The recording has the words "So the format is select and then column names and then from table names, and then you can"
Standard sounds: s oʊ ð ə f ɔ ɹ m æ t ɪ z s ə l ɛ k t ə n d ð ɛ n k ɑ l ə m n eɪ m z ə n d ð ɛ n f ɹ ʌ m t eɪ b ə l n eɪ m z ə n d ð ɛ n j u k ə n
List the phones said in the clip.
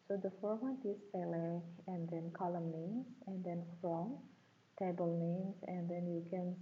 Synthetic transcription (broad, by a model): s oʊ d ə f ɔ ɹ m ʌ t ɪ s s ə l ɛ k ə n d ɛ n k ɑ l ə m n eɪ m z ə n d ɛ n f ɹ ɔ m t eɪ b ə l n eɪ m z ə n d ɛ n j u k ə n